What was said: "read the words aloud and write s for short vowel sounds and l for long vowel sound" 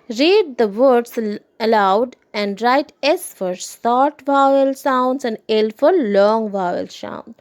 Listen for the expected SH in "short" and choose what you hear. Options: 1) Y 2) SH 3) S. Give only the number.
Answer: 3